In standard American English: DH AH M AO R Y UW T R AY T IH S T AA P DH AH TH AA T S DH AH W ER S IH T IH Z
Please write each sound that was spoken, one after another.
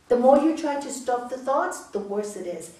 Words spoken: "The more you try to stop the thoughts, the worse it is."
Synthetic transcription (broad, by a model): DH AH M AO R Y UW T R AY T IH S T AA P DH AH TH AA T S DH AH W ER S IH T IH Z